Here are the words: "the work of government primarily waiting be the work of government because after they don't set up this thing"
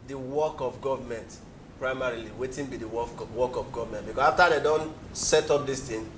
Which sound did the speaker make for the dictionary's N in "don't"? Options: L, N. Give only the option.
N